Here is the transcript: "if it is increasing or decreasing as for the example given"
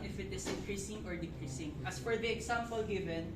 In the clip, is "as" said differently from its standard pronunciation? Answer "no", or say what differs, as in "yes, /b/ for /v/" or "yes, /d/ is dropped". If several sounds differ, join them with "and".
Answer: yes, /s/ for /z/